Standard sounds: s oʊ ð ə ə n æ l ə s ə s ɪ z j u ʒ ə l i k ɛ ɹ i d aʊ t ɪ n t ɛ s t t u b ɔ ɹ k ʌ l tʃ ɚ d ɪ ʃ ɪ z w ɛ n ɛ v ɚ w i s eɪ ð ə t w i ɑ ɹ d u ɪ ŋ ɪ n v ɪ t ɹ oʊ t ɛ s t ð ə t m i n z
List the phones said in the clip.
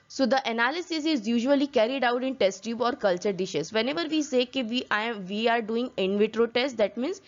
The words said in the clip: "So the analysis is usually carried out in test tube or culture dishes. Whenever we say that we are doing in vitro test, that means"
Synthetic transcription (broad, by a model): s oʊ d ə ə n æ l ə s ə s ɪ z j u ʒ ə l i k ɛ ɹ i d aʊ t ɪ n t ɛ s t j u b ɔ ɹ k ʌ l tʃ ɚ d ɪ ʃ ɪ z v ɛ n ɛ v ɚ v i s eɪ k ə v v i ɑ ɹ d u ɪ ŋ ɪ n v ɪ t ɹ oʊ t ɛ s t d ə t m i n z